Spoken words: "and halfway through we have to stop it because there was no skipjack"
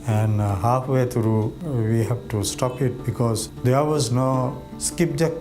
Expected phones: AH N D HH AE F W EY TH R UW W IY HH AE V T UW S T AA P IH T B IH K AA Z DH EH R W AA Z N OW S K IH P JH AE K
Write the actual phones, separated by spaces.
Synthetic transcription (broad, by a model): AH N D HH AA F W EY T R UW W IY HH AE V T UW S T AA P IH T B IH K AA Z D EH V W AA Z N OW S K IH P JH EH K